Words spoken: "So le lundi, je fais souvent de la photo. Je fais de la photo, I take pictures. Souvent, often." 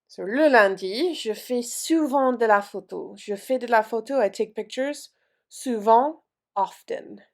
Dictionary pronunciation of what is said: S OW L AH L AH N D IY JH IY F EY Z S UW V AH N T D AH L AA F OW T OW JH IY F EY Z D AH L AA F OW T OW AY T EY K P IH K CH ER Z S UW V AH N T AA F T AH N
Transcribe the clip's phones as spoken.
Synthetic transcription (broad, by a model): S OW L AH L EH D IY ZH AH F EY S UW V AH D AH L AA F OW T OW ZH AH F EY D AH L AA F OW T OW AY T EY K P IH K CH ER Z S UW V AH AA F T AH N